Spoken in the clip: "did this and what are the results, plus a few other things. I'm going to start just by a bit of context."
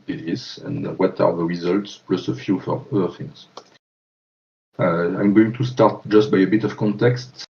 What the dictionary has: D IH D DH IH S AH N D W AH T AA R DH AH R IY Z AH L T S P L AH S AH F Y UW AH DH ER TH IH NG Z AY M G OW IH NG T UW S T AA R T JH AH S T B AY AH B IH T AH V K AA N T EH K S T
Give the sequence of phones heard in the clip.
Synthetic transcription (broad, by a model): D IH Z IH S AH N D W AH T AA R DH AH R IY Z AH L T S P L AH S AH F Y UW AH DH ER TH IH NG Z AY M G OW IH NG T UW S T AA R T JH AH S T B AY AH B IH T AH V K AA N T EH K S T